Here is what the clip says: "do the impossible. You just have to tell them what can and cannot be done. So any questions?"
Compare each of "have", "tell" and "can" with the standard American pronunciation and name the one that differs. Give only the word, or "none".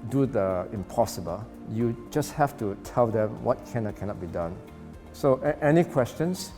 have